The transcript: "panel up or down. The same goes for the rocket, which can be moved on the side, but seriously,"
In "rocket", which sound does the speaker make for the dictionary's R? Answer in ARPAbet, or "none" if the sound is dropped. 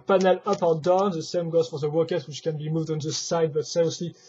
W